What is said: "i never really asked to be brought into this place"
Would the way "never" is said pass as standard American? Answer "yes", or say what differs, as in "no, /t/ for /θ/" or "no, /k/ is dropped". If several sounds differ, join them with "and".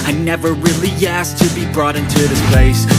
yes